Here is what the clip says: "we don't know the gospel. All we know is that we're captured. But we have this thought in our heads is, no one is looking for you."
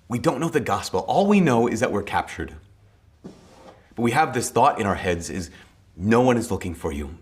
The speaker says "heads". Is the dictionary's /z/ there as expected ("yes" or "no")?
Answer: yes